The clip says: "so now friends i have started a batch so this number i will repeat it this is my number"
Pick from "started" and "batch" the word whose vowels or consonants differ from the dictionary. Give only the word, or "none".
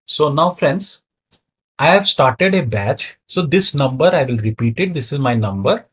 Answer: none